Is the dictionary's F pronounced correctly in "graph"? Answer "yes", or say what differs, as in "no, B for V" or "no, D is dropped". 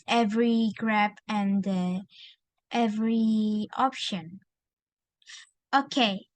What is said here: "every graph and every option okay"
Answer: no, P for F